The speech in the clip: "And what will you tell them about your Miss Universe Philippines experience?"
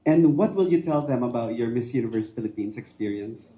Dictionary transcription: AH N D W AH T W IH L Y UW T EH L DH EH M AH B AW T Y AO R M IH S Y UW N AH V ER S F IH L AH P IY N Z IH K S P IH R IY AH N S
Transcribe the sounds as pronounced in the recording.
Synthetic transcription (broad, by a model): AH N D W AH T W IH L Y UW T EH L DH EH M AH B AW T Y AO R M IH S Y UW N AH V ER S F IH L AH P IY N S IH K S P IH R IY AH N S